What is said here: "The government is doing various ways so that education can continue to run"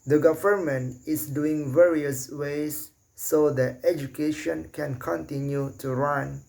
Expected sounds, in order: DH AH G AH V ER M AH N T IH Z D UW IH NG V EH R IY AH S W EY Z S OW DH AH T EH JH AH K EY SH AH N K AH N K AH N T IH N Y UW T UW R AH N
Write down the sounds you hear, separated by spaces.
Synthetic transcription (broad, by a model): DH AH G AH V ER M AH N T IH S D UW IH NG V EH R IY AH S W EY S OW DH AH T EH JH AH K EY SH AH N K AH N K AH N T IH N Y UW T UW R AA N